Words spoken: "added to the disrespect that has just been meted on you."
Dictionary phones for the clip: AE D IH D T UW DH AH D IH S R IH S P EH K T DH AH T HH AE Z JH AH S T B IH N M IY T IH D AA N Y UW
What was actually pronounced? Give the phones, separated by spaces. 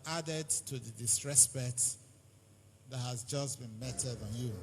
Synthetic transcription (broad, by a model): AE D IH D T UW DH AH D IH S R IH S B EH T DH AH T HH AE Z JH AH S B IH N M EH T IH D N Y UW